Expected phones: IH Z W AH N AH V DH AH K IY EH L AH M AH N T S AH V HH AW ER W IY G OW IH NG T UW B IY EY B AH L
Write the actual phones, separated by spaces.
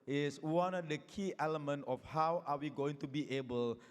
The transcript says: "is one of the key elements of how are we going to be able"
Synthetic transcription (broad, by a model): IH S W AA N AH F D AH K IY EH L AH M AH N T AH F HH AW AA W IY G OW IH NG T UW B IY EY B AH L